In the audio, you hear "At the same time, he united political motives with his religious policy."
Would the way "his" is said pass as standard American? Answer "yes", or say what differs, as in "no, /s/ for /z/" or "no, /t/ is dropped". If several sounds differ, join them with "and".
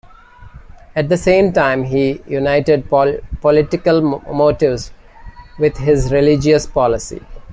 yes